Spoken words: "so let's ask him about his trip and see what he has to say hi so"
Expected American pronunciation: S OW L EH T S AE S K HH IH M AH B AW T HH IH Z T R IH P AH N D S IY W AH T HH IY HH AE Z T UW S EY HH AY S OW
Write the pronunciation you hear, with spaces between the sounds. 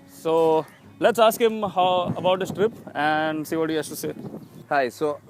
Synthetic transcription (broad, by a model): S OW L EH T S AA S K HH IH M AH B AW T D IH S T R IH P AH N D S IY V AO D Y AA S T UW S EY HH AY S OW